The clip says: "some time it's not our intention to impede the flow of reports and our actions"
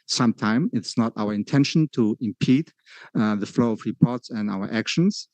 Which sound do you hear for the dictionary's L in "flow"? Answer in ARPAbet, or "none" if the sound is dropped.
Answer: L